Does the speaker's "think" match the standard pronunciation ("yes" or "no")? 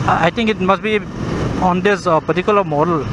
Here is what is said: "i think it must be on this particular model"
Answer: no